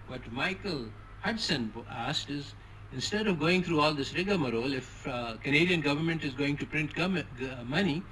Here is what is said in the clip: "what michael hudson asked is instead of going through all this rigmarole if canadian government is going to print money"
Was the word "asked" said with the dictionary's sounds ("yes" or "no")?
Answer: yes